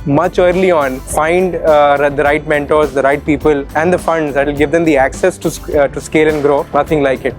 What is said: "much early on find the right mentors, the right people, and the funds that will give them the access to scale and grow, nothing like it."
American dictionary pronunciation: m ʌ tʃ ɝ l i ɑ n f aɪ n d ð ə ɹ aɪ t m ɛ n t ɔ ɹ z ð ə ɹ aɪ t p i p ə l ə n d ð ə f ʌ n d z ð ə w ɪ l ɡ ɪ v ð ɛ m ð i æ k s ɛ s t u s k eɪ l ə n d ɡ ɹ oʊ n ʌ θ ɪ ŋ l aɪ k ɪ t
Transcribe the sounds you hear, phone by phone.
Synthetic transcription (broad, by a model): m ʌ tʃ ɝ l i ɑ n f aɪ n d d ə ɹ aɪ t m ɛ n t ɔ ɹ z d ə ɹ aɪ t p i p ə l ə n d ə f ʌ n d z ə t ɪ l ɡ ɪ v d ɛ m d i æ k s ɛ s t u s k eɪ l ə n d ɡ ɹ oʊ n ʌ t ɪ ŋ l aɪ k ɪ t